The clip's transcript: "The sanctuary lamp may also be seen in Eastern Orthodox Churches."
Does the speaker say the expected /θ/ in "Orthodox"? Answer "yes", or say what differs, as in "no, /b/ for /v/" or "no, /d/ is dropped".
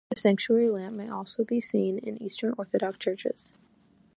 yes